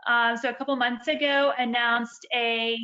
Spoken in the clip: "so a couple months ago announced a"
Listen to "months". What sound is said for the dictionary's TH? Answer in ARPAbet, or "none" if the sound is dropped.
TH